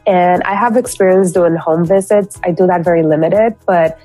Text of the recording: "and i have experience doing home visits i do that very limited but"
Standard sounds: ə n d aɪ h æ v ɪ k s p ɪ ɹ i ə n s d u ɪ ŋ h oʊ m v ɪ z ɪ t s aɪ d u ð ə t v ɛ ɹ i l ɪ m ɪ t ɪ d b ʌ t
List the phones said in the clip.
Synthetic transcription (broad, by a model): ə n aɪ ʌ v ɪ k s p ɪ ɹ i ə n s d u ɪ ŋ h oʊ m v ɪ z ɪ t s aɪ d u ð ə t v ɛ ɹ i l ɪ m ɪ t ɪ d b ʌ t